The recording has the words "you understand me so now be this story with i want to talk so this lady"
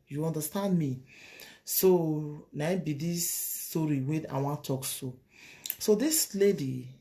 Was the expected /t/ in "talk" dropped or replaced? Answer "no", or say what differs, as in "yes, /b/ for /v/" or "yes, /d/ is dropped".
yes, /s/ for /t/